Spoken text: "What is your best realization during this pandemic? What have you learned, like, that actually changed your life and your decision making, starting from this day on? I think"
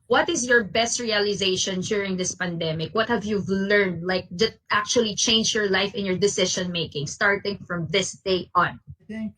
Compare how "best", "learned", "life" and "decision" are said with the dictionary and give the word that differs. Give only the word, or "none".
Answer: decision